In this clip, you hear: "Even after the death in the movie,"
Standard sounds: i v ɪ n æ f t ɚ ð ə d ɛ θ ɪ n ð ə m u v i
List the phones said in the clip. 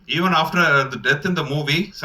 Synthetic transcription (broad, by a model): i v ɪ n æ f t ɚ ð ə d ɛ t ɪ n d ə m u v i